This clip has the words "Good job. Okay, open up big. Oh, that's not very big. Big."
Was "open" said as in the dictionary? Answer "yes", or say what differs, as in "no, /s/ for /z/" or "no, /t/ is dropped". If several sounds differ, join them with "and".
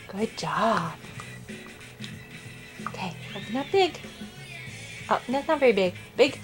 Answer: no, /p/ is dropped